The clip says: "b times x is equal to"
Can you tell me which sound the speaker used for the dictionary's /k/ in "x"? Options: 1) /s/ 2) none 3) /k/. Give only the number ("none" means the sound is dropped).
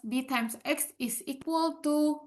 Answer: 3